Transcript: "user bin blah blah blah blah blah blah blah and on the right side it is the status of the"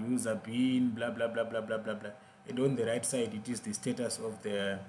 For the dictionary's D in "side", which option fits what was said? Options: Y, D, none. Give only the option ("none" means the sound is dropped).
D